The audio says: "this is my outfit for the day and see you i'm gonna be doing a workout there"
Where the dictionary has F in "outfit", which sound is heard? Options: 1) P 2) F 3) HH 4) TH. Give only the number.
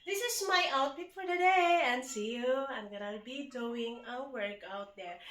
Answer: 1